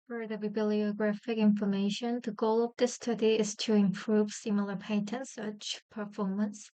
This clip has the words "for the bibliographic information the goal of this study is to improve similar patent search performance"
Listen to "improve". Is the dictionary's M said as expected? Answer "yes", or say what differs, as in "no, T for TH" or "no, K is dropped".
yes